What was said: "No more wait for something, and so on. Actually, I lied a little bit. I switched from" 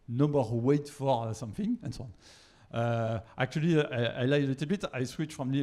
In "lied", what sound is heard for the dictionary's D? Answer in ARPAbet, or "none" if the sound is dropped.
none